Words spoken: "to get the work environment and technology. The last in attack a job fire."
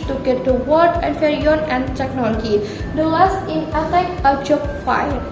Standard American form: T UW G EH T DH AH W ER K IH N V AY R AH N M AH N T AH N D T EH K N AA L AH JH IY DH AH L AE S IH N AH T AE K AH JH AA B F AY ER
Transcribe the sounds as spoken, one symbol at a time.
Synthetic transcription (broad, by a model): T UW G EH T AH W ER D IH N F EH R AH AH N AH N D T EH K N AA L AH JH IY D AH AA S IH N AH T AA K AH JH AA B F AY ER